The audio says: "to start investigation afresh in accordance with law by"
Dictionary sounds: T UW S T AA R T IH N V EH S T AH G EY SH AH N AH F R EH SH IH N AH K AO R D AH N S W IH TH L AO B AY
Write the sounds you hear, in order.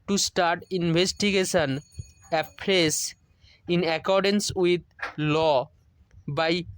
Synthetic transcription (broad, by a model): T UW S T AA R T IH N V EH S T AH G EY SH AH N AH P R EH S IH N AH K AO R D AH N S W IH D L AO B AY